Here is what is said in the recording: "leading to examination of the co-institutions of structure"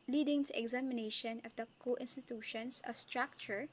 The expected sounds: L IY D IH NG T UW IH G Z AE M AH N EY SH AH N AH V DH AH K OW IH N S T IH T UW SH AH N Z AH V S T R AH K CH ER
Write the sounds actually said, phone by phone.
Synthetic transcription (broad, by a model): L IY D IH NG T UW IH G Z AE M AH N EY SH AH N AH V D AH K OW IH N S T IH T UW SH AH N S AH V S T R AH K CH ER